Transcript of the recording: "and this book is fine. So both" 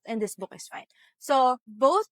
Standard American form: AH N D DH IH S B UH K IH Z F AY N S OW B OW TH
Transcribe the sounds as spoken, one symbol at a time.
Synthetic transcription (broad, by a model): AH N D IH S B UH K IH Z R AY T S OW B OW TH